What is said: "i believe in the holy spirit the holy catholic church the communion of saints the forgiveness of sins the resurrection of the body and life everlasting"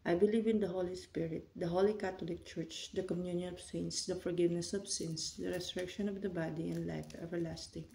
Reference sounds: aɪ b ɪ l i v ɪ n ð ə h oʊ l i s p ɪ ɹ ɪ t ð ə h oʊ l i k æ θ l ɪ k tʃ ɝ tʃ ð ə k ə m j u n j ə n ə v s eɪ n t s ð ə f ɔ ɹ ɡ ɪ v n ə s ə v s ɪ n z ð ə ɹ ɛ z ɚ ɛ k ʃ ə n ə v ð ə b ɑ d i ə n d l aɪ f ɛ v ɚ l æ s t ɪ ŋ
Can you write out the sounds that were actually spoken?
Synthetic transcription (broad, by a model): aɪ b ɪ l i v ɪ n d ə h oʊ l i s p ɪ ɹ ɪ t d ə h oʊ l i k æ t l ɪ k tʃ ɝ tʃ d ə k ə m j u n j ə n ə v s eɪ n s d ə f ɔ ɹ ɡ ɪ v n ə s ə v s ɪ n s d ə ɹ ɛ s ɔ ɛ k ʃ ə n ə v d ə b ɑ d i ə n d l aɪ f ɛ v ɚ l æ s t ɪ ŋ